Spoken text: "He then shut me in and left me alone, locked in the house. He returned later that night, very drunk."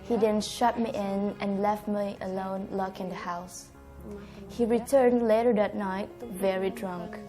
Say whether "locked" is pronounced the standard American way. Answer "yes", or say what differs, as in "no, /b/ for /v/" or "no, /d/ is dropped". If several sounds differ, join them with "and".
no, /t/ is dropped